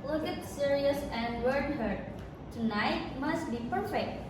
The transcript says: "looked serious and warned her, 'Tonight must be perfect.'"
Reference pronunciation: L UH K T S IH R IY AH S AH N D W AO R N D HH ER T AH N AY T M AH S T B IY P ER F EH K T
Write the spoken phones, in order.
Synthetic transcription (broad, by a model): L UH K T S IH R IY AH S AH N D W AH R D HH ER T AH N AY T M AH S T B IY P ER F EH K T